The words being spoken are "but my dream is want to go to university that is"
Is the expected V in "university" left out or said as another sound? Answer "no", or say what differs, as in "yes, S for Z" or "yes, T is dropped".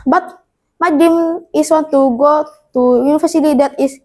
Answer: yes, F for V